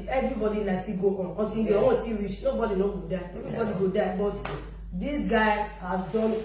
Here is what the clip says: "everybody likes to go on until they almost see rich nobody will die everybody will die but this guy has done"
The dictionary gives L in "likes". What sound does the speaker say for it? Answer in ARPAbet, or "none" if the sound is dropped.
N